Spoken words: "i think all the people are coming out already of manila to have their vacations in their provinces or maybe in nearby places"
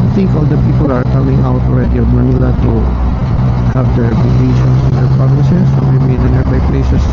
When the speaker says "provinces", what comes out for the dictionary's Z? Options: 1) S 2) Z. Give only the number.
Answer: 1